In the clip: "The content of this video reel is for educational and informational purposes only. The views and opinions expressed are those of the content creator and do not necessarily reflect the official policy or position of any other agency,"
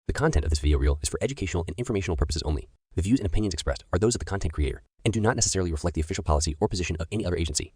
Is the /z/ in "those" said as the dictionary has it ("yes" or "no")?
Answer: yes